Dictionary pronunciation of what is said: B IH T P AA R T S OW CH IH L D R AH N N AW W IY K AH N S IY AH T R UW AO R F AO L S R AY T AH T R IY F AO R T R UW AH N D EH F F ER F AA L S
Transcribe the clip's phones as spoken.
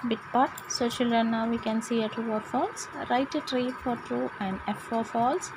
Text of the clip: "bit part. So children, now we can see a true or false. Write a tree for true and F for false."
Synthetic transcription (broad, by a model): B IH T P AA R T S OW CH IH L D AH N N AW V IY K AH N S IY AH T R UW AO R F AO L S R AY T AH T R IY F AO R T R UW AH N D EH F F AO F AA L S